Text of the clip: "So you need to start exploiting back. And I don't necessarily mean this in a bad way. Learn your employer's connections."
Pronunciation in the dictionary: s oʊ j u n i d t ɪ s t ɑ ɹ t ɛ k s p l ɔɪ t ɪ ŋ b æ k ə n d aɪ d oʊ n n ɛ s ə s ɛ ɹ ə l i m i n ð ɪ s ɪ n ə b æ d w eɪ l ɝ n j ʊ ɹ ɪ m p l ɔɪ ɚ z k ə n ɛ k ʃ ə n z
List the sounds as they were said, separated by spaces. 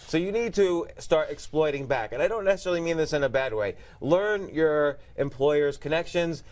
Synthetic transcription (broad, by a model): s oʊ j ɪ n i d t ɪ s t ɑ ɹ t ɛ k s p l ɔɪ t ɪ ŋ b æ k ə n aɪ d oʊ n n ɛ s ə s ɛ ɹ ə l i m i n ð ɪ s ɪ n ə b æ d w eɪ l ɝ n j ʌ ɹ ɪ m p l ɔɪ ɚ z k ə n ɛ k ʃ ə n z